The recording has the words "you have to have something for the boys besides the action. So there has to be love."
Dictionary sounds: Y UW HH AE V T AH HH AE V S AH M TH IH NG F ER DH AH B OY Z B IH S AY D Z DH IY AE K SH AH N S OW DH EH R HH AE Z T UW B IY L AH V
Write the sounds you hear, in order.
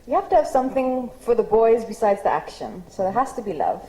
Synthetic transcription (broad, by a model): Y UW HH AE F T AH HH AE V S AH M TH IH NG F ER DH AH B OY Z B IH S AY D Z DH IY AE K SH AH N S OW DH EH HH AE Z T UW B IY L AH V